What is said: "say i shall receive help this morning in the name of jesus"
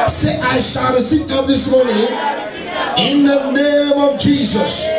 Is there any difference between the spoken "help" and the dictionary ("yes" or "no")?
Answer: yes